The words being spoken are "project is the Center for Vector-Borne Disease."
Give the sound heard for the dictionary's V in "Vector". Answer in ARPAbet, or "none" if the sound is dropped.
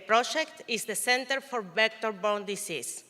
B